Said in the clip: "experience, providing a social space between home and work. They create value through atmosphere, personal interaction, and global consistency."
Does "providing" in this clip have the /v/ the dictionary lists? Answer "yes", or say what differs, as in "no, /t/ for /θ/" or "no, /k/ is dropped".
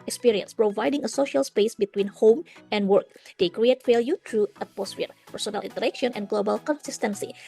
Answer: yes